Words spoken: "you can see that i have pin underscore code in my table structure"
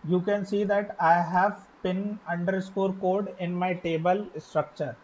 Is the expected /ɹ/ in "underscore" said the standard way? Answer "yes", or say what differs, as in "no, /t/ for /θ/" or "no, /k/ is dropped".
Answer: yes